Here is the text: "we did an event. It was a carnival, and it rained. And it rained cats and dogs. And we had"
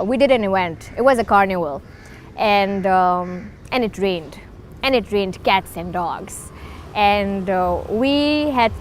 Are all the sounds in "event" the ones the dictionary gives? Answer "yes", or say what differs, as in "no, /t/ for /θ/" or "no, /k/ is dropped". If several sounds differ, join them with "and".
no, /w/ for /v/